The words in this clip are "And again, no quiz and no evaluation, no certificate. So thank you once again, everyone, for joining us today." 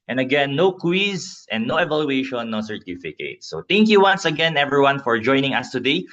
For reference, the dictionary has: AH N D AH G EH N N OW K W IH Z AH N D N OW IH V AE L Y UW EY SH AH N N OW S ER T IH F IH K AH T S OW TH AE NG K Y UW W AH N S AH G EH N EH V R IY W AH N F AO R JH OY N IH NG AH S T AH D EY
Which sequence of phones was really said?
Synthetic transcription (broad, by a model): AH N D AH G EH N N OW K W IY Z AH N N OW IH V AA L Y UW EY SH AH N N OW S ER T IH F IH K AH T S OW T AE NG K Y UW W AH N S AH G EH N EH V R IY W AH N F AO R JH OY N IH NG AH S T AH D EY